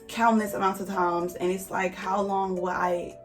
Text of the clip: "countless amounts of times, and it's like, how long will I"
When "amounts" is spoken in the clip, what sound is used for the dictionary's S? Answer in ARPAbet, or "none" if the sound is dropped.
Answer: none